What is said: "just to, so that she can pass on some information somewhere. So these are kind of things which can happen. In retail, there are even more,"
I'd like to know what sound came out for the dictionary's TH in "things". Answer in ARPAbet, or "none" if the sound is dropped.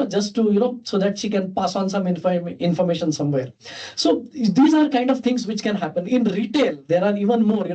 T